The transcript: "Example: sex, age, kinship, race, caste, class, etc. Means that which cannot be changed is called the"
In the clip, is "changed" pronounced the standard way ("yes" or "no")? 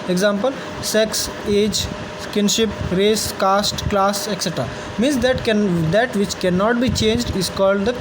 yes